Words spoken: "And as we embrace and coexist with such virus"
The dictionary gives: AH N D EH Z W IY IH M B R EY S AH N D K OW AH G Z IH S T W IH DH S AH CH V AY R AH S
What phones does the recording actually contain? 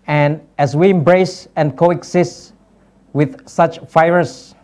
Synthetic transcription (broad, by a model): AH N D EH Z W IY IH M B R EY S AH N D K OW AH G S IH S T W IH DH S AH CH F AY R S